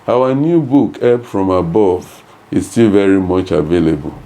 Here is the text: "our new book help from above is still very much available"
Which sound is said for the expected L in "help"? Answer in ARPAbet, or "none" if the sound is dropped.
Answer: none